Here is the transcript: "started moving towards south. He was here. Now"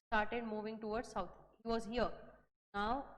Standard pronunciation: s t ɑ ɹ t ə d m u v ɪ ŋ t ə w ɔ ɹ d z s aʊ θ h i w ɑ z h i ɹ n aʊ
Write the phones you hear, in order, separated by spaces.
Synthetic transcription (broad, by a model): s t ɑ ɹ t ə d m u v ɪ ŋ t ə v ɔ ɹ d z s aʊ t h i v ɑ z h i ɹ n aʊ